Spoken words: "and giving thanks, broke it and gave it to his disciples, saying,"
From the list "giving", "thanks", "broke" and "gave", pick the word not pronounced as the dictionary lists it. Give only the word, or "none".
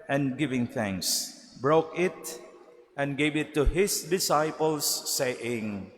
none